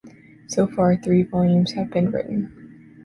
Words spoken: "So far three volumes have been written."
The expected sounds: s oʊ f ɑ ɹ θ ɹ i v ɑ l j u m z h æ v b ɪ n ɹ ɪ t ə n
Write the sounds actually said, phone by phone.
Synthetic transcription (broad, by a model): s oʊ f ɑ ɹ θ ɹ i v ɑ l j u m z h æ v b ɪ n ɹ ɪ t n